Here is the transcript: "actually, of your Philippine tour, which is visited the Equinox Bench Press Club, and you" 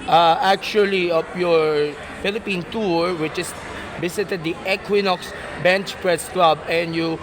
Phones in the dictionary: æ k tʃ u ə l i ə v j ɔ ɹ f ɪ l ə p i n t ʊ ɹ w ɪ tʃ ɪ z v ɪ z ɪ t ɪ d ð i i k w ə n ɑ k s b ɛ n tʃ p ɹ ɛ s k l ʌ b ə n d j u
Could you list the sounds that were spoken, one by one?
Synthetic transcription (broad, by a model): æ k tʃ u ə l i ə p j ɔ ɹ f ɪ l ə p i n t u ɹ w ɪ tʃ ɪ s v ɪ s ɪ t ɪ d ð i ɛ k w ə n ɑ k s b ɛ n tʃ p ɹ ɛ s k l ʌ b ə n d j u